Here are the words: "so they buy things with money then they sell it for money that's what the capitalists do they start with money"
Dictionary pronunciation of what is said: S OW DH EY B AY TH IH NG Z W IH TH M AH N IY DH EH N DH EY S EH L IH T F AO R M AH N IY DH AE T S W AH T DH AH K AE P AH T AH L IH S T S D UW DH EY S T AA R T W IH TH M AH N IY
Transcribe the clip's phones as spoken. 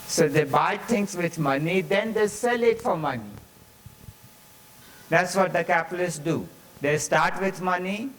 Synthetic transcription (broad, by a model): S OW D EY B AY T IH NG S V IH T M AH N IY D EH N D EY S EH L IH T F AO R M AH N IY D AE T S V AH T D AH K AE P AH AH L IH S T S D UW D EY S T AA R T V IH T M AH N IY